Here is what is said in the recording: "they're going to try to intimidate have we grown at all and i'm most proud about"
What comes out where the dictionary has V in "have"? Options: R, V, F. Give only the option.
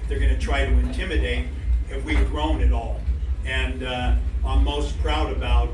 F